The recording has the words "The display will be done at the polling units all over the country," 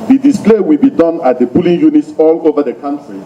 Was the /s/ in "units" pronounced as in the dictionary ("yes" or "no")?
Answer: yes